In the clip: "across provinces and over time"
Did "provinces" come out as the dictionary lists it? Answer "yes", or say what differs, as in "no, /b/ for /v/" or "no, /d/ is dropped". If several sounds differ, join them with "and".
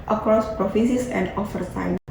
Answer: no, /n/ is dropped and /s/ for /z/